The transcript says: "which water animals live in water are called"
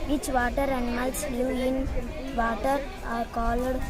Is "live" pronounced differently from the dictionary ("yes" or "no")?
yes